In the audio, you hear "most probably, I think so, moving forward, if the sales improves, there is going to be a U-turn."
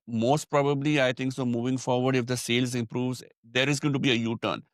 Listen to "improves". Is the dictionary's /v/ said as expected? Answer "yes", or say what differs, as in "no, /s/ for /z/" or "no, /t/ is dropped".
yes